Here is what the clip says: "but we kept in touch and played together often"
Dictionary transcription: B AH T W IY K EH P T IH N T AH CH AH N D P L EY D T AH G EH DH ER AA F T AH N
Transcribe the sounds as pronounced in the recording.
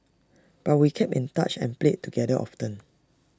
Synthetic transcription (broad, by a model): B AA T W IY K EH P IH N T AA CH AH N P L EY T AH G EH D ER AA F T AH N